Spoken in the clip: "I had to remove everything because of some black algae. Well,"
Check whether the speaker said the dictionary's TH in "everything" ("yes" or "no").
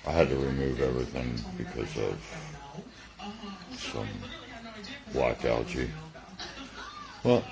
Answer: yes